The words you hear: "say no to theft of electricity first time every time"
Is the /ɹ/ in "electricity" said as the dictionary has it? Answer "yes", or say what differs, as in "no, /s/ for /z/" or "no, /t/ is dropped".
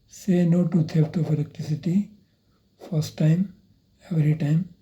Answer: no, /ɹ/ is dropped